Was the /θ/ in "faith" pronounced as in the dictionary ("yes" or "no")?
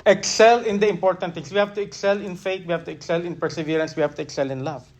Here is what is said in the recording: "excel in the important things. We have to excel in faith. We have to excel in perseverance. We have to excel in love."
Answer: no